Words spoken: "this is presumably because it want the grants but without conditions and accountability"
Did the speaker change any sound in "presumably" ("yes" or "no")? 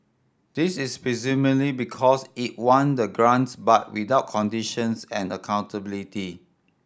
yes